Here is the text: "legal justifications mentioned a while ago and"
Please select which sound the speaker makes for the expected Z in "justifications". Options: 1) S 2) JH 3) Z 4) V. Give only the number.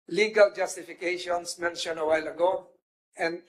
1